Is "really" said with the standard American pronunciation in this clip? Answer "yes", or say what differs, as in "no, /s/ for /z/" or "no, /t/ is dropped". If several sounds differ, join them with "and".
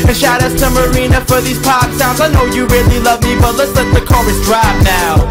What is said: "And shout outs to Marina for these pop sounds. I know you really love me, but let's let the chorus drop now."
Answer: yes